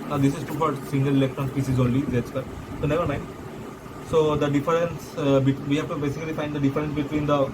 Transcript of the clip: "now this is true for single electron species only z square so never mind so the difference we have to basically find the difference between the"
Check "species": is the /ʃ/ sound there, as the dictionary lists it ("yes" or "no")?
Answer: no